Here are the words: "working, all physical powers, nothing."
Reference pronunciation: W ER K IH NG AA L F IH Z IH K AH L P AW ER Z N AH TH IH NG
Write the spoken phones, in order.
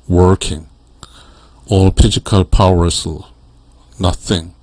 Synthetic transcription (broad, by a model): W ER K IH NG AA L P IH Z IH K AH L P AW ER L N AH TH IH NG